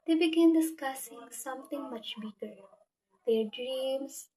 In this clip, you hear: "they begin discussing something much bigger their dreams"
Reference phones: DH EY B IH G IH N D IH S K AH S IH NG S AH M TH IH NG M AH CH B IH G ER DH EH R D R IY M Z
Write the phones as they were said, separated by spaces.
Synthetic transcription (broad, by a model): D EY B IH G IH N D IH S K AH S IH NG S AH M T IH NG M AH CH B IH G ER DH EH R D R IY M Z